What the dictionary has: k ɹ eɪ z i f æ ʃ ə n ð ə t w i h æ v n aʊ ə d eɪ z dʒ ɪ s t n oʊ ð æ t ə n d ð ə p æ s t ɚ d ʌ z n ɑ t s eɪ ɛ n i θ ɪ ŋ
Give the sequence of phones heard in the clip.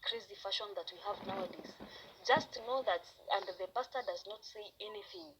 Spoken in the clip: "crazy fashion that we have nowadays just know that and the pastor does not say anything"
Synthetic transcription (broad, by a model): k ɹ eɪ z i f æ ʃ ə n ð ə t w i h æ v n aʊ ə d eɪ z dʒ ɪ s t n oʊ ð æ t ə n d ð ə b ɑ s t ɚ d ʌ z n ɑ t s eɪ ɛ n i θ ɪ ŋ